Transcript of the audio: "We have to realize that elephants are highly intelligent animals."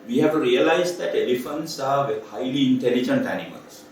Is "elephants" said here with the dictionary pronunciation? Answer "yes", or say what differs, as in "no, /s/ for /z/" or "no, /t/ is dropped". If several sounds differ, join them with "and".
yes